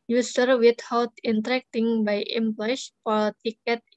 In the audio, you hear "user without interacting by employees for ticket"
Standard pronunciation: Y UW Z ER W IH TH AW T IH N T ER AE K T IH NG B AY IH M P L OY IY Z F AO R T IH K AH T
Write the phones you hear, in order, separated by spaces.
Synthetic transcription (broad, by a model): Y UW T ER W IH T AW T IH N T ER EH K T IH NG B AY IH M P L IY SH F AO L T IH K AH T